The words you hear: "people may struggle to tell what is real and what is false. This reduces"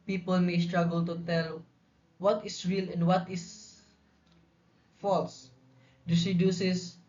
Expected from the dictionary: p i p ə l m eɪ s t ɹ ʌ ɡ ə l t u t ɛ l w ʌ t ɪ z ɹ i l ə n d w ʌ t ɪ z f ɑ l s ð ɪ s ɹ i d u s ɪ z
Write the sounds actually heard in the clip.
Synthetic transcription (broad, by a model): p i p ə l m eɪ s t ɹ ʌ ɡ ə l t u t ɛ l w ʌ t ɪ s ɹ i l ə n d w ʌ t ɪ s f ɑ l s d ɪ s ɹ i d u s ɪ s